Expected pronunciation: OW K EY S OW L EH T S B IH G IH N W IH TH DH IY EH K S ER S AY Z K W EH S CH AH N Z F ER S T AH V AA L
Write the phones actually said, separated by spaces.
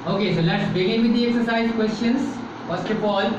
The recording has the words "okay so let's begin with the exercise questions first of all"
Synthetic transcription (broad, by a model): OW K EY S OW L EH T S B IH G IH N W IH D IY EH K S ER S AY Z K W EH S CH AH N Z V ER S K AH B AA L